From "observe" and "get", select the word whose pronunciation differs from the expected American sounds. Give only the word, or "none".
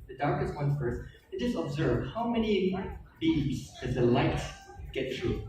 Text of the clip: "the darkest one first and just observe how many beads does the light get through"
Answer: none